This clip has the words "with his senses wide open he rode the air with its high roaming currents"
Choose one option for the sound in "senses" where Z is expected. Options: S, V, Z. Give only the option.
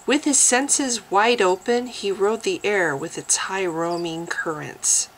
Z